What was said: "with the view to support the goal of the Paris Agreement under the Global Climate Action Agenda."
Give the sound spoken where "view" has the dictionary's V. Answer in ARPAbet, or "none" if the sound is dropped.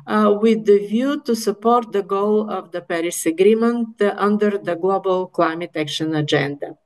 V